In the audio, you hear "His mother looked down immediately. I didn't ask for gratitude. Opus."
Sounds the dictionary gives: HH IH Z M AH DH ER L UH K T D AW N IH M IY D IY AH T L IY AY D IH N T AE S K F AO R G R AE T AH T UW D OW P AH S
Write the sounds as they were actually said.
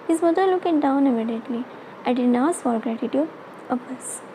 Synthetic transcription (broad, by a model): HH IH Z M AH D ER L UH K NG D AW N IH M IY D IY AH T L IY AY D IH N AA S F AO R G R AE T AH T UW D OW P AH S